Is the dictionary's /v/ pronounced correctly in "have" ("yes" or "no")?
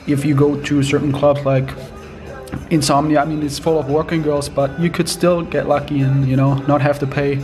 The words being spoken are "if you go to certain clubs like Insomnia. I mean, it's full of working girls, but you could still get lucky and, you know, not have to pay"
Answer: no